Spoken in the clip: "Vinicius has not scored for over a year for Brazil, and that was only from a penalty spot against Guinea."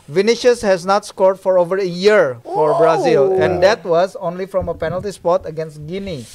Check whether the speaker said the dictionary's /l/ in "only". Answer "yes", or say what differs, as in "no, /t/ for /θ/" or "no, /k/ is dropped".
yes